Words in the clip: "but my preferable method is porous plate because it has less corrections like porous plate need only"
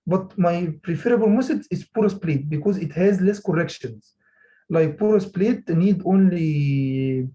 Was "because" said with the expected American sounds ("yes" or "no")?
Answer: yes